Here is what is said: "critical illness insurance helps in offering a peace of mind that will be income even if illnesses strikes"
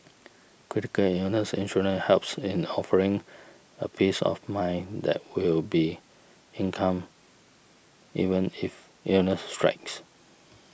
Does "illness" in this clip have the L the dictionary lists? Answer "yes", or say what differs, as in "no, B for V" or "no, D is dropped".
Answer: no, L is dropped